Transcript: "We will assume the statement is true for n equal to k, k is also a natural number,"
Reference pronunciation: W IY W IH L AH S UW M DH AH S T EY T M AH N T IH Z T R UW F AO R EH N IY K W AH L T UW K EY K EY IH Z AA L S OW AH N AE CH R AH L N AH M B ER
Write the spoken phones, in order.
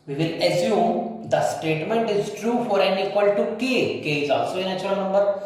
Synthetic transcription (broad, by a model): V IY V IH L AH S UW M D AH S T EY T M AH N T IH Z T R UW F AO R EH N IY K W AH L T UW K EY K EY IH Z AA L S OW AH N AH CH AH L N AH M B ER